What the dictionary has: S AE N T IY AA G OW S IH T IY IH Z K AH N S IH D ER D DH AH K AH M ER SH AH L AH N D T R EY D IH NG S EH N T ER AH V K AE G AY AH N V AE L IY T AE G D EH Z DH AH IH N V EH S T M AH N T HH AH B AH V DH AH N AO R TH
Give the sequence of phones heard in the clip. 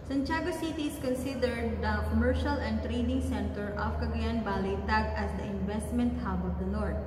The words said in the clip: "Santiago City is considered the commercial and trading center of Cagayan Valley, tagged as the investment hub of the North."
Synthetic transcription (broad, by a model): S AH N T AA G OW S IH T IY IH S K AH N S IH D ER D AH K AH M ER SH AH L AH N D T R EY D IH NG S EH N T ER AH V K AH G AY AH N B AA L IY T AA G AH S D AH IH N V EH S T M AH N T HH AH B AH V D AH N AO R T